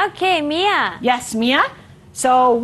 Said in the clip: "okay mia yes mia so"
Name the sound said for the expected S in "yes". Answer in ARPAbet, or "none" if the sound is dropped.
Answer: S